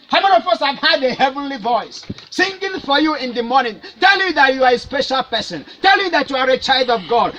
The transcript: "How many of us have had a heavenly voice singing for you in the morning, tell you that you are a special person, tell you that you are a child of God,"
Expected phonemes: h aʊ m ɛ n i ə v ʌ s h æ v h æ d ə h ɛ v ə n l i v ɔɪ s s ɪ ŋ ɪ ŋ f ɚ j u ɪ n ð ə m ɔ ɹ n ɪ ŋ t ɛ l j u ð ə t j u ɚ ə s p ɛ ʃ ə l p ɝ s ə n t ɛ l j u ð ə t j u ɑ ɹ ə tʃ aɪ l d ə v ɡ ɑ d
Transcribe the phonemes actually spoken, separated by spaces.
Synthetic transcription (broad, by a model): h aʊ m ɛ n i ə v ʌ s h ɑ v h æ d ə h ɛ v ə n l i v ɔɪ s s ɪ ŋ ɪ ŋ f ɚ j u ɪ n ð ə m ɔ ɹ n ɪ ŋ t ɛ l j u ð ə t j u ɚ ə s p ɛ ʃ ə l p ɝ s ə n t ɛ l j u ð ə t j u ɑ ɹ ə tʃ aɪ l d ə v ɡ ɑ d